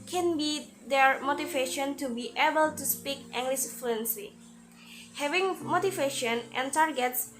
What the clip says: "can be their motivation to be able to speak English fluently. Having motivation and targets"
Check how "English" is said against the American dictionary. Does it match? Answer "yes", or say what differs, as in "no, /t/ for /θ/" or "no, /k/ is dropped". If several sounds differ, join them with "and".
no, /s/ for /ʃ/